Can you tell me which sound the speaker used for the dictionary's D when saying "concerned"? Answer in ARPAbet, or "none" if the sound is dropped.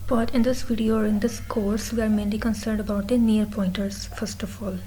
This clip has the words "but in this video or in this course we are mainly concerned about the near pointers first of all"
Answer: D